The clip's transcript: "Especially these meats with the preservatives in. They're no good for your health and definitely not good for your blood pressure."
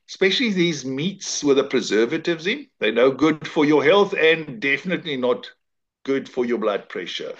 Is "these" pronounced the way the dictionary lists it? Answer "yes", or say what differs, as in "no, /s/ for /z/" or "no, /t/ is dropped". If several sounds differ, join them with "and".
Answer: yes